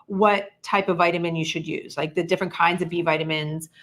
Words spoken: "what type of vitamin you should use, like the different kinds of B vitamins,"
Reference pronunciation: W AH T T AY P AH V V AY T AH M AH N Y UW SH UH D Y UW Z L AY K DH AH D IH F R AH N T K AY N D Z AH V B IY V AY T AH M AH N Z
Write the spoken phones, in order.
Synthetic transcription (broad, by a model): W AH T T AY P AH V V AY T AH M AH N Y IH SH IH D Y UW Z L AY K DH AH D IH F R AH N K AY N D Z AH V B IY V AY T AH M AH N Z